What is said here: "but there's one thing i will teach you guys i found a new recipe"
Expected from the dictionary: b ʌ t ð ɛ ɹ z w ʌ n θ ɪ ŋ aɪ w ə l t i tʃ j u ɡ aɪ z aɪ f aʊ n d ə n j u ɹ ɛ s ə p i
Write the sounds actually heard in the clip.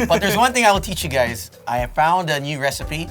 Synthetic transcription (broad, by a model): b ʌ t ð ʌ ɹ z w ʌ n θ ɪ ŋ aɪ w ə l t i tʃ j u ɡ aɪ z aɪ f aʊ n d ə n j u ɹ ɛ s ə p i